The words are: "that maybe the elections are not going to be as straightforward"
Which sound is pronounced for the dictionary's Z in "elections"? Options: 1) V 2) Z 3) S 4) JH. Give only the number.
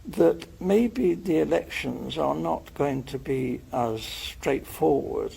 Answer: 2